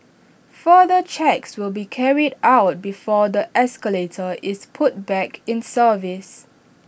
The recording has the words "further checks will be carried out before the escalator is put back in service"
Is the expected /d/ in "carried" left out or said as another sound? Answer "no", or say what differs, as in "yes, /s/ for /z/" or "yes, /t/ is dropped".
no